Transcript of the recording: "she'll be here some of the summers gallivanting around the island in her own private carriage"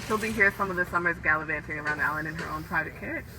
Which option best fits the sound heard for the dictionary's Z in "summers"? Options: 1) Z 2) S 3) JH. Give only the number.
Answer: 1